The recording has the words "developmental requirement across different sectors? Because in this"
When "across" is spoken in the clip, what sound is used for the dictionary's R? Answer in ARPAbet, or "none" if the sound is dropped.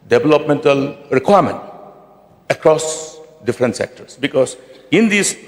R